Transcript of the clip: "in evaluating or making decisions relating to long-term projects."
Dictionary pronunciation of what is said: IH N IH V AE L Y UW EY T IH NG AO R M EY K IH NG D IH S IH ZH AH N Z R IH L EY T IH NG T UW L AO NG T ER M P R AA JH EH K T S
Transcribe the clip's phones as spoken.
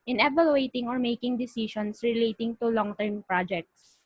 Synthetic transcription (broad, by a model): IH N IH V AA L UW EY T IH NG AO R M EY K IH NG D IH S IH SH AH N S R IH L EY T IH NG T UW L AO NG T ER M P R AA JH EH K T S